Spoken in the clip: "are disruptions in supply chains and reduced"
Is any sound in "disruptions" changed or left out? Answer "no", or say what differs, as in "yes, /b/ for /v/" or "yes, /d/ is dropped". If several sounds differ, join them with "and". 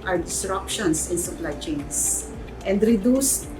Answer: yes, /s/ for /z/